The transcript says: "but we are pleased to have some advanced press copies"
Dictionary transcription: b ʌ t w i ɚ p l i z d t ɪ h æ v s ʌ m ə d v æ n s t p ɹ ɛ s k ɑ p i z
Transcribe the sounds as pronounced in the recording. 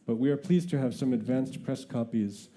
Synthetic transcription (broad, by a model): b ʌ t w i ɚ p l i z t ɪ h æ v s ʌ m ə d v æ n s t p ɹ ɛ s k ɑ p i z